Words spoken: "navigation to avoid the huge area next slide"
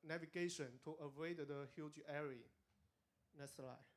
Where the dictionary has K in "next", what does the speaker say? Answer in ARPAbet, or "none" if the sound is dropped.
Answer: none